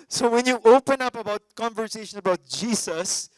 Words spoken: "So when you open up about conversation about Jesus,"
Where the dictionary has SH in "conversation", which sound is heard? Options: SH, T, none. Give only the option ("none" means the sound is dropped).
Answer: SH